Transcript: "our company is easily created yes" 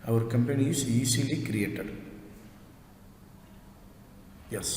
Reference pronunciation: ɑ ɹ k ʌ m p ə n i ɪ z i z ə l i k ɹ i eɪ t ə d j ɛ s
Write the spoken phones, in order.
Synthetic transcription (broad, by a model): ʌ ɹ k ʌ m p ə n i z i s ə l i k ɹ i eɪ t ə d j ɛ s